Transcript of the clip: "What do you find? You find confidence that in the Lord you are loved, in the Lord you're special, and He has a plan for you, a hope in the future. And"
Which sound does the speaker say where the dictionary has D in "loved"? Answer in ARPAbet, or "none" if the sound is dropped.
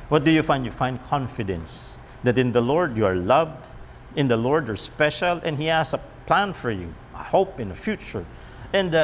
D